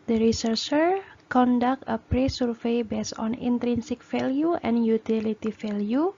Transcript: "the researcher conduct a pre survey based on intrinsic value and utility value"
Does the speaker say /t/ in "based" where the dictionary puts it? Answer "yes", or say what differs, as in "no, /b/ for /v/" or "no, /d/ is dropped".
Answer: no, /t/ is dropped